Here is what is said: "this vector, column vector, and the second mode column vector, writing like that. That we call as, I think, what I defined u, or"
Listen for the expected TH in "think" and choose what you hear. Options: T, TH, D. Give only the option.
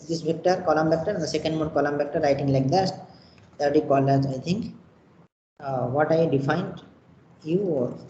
T